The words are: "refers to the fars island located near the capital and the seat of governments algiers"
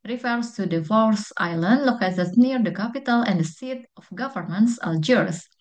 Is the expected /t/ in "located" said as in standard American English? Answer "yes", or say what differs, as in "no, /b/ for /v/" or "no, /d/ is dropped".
no, /s/ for /t/